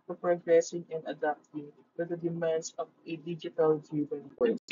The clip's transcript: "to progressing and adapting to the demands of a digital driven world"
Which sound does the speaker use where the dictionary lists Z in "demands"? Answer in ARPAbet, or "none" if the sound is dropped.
S